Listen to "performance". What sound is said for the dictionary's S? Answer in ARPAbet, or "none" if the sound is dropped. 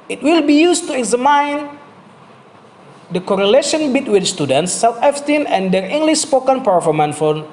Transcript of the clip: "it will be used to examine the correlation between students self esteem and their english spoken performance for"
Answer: none